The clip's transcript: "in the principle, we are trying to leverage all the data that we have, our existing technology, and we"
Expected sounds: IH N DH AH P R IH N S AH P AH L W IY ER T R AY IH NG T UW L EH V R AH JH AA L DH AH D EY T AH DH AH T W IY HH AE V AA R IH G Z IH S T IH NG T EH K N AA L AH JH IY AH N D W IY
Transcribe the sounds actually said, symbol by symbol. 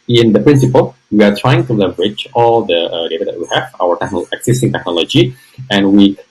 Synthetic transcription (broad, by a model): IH N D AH P R IH N S AH P AH L W IY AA T R AY IH NG T UW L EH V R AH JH AA L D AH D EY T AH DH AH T W IY HH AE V AA W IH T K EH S S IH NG T EH K N AA L AH JH IY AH N W IY